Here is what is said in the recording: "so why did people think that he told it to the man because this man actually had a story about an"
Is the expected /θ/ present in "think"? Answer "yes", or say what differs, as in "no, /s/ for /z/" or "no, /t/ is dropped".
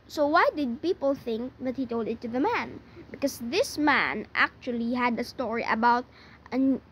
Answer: yes